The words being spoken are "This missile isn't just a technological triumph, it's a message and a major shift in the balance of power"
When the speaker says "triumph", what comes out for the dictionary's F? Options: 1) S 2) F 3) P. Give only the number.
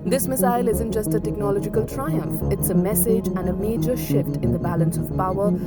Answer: 2